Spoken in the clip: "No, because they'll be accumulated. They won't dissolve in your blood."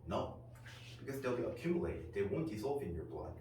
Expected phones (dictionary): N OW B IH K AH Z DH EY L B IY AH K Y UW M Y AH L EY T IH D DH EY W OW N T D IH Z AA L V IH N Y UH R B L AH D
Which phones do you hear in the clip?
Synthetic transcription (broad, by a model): N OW B IH K AH Z DH EY L B IY AH K Y UW M Y AH L EY T IH D DH EY W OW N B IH S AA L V IH N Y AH R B L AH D